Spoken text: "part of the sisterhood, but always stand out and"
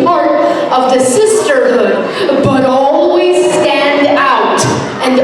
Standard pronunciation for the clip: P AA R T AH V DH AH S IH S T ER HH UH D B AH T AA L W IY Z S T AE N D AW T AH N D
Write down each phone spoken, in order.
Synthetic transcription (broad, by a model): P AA R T AH V DH AH S IH S T ER HH UH D B AH T AA L W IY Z S T AE N D AW T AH N